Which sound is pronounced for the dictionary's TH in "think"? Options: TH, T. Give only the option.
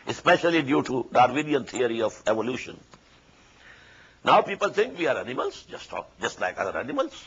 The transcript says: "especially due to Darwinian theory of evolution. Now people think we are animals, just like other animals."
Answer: T